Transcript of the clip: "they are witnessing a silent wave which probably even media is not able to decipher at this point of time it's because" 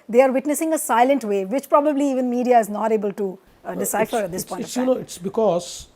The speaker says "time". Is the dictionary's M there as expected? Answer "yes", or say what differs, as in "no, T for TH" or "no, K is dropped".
no, M is dropped